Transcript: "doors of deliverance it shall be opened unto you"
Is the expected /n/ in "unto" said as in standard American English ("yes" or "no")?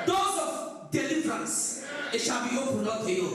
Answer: no